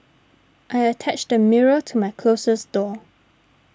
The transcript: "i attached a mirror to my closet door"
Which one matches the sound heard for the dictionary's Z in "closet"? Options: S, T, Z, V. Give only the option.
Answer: S